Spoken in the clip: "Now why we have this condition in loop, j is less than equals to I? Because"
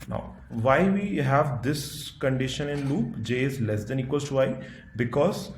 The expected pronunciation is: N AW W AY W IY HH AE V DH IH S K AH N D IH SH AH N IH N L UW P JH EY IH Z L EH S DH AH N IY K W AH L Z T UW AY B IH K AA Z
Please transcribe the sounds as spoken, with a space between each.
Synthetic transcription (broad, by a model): N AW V AY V IY HH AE V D IH S K AH N D IH SH AH N IH N L UW P JH EY IH Z L EH S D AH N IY K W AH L S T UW AY B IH K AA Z